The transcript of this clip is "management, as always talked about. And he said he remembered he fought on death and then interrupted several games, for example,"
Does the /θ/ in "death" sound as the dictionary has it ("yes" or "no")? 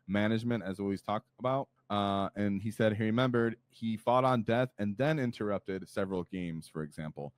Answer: yes